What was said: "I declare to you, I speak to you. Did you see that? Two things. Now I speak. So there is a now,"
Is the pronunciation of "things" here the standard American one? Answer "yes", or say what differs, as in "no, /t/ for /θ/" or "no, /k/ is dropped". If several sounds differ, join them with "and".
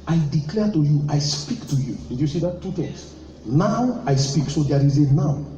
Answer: no, /t/ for /θ/